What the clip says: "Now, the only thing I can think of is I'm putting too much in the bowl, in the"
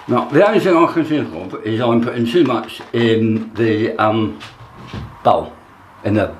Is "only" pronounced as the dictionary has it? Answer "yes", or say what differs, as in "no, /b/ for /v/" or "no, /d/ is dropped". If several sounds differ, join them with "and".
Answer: no, /l/ is dropped